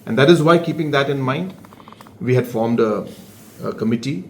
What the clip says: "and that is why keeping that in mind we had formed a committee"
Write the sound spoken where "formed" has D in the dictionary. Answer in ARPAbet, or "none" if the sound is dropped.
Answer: D